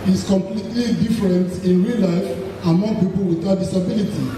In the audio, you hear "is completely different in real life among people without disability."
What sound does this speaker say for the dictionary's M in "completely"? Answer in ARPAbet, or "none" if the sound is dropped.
M